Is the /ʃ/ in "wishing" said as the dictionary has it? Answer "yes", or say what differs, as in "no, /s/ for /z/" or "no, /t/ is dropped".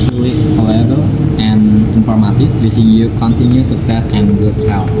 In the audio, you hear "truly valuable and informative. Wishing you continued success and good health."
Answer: no, /s/ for /ʃ/